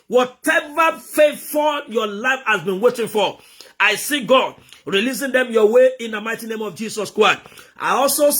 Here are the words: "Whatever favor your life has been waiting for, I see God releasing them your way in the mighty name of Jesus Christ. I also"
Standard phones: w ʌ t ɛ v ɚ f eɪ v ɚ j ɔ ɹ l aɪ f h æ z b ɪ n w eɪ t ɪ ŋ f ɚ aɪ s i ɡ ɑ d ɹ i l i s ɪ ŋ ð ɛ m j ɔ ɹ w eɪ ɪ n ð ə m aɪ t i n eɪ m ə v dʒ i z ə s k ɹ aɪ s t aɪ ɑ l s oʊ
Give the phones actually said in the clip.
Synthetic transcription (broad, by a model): w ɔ t ɛ v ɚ f eɪ f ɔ j ɔ l aɪ f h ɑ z b ɪ n w eɪ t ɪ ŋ f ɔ aɪ s i ɡ ɑ d ɹ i l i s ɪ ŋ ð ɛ m j ɔ w eɪ ɪ n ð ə m aɪ t i n eɪ m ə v dʒ i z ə s k ɹ aɪ s t aɪ ɑ l s oʊ